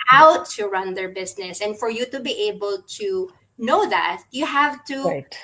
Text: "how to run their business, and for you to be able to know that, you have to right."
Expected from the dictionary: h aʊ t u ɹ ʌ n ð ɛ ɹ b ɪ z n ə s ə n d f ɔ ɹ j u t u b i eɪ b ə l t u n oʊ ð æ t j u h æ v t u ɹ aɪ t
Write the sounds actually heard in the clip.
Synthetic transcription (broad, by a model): aʊ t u ɹ ʌ n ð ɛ ɹ b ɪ s n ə s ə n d f ɔ ɹ j u t u b i eɪ b ə l t u n oʊ ð æ t j u h æ v t u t